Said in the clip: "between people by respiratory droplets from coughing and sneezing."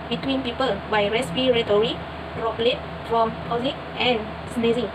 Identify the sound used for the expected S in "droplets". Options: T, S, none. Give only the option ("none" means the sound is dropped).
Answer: none